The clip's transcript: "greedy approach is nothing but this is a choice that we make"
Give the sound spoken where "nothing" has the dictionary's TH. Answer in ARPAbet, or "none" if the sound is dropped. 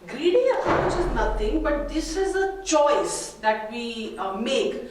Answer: T